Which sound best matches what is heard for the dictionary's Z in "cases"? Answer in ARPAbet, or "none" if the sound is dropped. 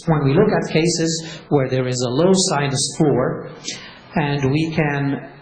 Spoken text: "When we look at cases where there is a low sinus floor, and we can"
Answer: Z